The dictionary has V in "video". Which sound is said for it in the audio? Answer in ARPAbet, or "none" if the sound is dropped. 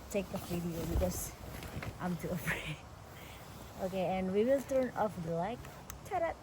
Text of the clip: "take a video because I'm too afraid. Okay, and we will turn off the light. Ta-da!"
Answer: F